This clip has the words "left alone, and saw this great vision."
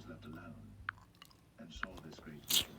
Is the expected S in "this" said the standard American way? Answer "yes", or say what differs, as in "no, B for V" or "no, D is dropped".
yes